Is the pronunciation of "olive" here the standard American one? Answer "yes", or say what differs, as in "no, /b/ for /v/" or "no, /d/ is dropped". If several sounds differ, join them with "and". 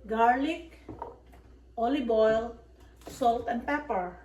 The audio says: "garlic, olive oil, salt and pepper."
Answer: no, /b/ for /v/